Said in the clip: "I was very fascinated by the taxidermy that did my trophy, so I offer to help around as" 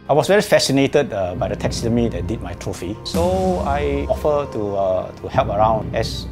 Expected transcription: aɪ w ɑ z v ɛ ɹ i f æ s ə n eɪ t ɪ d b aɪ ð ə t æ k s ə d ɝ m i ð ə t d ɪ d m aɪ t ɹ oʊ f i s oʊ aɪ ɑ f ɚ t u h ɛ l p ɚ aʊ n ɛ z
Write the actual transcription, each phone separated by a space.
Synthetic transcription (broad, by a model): aɪ w ɑ s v ɛ ɹ i f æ s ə n eɪ t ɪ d b aɪ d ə t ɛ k s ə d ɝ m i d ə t d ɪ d m aɪ t ɹ oʊ f i s oʊ aɪ ɑ f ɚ t u h ɛ l p ɚ aʊ n ɛ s